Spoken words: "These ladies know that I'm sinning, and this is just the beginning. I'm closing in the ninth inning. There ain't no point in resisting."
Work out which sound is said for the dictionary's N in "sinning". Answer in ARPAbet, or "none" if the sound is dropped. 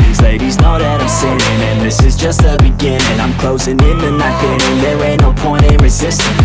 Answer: none